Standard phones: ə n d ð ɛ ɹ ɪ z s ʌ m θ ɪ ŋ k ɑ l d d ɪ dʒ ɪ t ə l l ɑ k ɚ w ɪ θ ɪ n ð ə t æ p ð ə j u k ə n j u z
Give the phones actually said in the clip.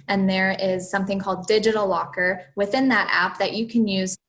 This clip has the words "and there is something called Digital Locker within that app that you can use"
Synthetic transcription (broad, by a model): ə n ð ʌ ɹ ɪ z s ʌ m θ ɪ ŋ k ɑ l d d ɪ dʒ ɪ t l l ɑ k ɚ w ɪ θ ɪ n ð ə t æ p ð ə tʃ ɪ k ə n j u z